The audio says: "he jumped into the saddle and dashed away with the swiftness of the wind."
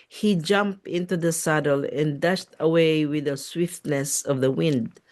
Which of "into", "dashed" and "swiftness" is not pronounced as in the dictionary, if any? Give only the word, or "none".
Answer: none